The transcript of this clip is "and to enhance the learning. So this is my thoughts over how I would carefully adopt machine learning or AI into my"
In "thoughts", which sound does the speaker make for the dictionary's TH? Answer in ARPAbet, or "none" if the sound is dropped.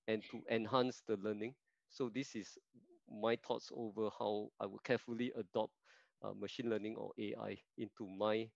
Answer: T